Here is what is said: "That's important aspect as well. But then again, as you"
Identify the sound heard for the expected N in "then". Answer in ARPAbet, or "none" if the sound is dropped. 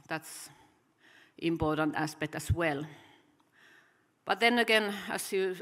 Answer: N